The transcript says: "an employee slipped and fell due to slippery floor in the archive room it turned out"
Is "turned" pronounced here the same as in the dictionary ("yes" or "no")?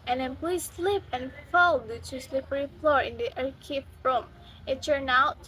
no